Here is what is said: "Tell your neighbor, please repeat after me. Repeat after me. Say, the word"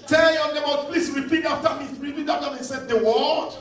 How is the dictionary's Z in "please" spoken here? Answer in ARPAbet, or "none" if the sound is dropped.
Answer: S